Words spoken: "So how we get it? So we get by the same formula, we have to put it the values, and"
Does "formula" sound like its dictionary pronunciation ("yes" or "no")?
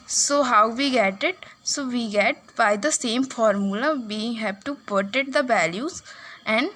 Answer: yes